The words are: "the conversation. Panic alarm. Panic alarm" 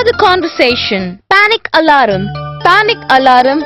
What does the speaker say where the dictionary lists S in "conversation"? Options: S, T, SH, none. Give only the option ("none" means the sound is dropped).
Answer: S